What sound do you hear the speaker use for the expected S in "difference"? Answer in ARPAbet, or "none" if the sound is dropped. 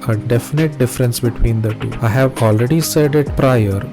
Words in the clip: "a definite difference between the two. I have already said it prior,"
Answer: S